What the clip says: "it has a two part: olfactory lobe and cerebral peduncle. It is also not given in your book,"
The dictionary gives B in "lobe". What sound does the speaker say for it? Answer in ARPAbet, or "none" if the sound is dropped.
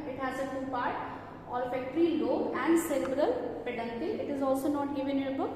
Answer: none